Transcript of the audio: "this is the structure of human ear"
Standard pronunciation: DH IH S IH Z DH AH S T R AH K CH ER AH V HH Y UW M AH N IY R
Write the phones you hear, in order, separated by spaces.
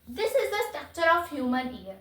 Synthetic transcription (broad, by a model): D IH S IH Z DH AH S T EH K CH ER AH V HH Y UW M AH N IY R